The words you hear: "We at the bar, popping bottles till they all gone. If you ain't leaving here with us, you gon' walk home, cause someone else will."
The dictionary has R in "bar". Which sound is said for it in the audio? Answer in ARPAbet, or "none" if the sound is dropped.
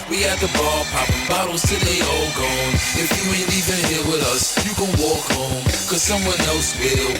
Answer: L